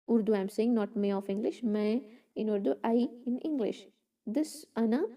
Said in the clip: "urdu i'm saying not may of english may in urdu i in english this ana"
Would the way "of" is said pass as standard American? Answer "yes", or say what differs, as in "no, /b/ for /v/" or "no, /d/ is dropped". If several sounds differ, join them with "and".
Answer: no, /f/ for /v/